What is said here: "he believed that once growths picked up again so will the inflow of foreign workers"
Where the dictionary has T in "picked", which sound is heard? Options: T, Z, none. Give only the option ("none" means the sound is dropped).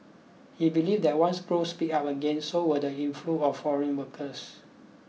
none